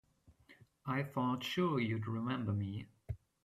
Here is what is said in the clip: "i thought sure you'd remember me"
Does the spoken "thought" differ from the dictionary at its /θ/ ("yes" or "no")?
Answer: yes